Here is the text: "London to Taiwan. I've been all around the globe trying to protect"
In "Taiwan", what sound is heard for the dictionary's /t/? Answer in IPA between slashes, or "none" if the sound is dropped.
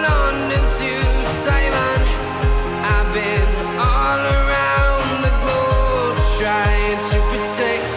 /s/